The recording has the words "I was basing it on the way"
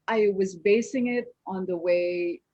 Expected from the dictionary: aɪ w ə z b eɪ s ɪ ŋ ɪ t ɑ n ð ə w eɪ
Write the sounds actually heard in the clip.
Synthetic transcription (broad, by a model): aɪ w ə z b eɪ s ɪ ŋ ɪ t n ð ə w eɪ